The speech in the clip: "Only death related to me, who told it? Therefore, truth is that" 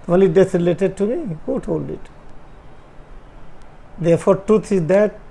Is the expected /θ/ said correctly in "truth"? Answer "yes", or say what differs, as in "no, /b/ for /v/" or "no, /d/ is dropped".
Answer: no, /t/ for /θ/